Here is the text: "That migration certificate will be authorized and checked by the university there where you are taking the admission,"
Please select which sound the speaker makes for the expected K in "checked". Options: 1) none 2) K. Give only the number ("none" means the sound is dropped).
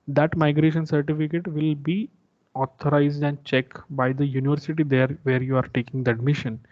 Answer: 2